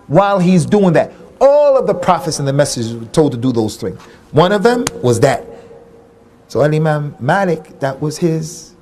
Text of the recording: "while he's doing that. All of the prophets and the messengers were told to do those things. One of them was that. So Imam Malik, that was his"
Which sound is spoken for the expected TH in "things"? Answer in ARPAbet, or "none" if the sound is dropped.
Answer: TH